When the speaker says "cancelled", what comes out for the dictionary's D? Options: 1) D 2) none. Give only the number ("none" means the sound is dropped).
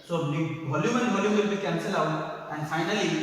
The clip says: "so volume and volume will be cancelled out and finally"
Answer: 2